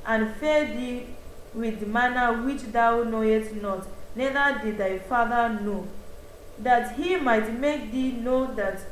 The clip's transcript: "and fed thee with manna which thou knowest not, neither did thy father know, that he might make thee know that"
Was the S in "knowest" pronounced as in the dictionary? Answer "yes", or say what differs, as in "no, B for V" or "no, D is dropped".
no, S is dropped